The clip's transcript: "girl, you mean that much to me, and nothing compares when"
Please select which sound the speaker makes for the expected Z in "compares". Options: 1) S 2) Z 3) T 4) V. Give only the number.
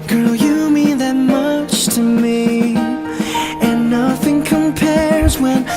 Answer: 2